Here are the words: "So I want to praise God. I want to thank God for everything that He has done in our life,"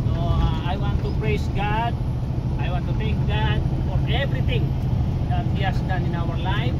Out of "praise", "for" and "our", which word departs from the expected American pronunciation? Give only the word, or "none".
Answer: praise